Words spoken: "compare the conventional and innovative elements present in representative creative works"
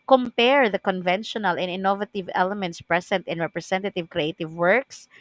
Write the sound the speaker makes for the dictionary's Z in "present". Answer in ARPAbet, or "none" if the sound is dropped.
S